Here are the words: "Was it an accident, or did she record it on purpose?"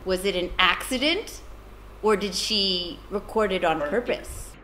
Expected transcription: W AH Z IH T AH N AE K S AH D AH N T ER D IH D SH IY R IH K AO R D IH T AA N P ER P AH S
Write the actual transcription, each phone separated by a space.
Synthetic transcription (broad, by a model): W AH Z IH T AH N AE K S AH D AH N T ER D IH D SH IY R IH K AO R D IH T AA N P ER P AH S